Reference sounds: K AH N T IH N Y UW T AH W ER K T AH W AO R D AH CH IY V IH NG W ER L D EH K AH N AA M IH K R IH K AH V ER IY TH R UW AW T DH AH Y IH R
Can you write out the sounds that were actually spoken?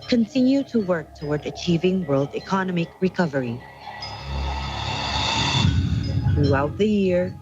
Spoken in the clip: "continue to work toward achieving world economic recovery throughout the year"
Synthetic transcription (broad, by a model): K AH N T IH N Y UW T AH W ER K T AH W AO R D AH CH IY V IH NG W ER L D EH K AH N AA M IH K R IH K AH V ER IY TH R UW AW T DH AH Y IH R